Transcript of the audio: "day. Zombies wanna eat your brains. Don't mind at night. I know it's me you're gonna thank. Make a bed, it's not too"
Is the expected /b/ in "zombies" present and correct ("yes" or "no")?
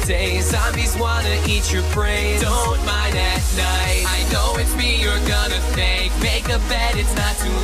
no